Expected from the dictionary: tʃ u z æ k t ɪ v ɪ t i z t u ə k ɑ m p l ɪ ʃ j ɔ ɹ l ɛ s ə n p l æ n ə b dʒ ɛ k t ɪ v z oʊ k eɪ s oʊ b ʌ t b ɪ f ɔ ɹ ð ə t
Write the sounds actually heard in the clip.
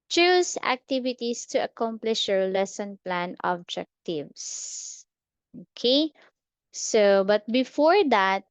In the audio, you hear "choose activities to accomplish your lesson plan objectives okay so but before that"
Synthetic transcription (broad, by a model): tʃ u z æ k t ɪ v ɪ t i s t u ə k ɑ m p l ɪ ʃ j ɔ ɹ l ɛ s ə n p l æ n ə b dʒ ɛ k t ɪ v s oʊ k eɪ s oʊ b ʌ t b ɪ f ɔ ɹ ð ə t